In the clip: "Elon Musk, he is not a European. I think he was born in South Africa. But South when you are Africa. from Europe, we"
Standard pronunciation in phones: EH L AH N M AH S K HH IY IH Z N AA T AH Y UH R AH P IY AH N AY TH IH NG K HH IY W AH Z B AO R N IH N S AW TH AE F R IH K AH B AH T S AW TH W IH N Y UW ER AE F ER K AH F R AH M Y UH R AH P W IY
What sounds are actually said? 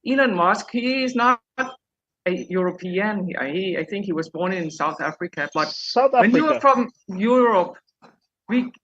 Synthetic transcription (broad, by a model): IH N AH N M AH S K HH IY IH Z N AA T AH Y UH R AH P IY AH N AY TH IH NG K HH IY W AH Z B AO R N IH N S AW TH AE F R IH K AH B AH T S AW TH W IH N Y UW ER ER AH F R AH M Y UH R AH P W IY